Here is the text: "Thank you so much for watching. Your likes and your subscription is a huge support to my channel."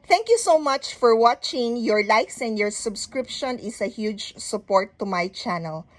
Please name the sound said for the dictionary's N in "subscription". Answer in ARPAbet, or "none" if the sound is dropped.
N